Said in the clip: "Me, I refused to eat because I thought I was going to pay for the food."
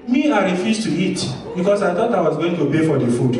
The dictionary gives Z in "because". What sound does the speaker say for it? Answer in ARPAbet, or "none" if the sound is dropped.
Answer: S